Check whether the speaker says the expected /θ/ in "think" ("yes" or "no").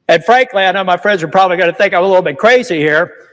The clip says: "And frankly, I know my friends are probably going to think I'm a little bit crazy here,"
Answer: yes